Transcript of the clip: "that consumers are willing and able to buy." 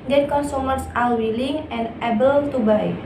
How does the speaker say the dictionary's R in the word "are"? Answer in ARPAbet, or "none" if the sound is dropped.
L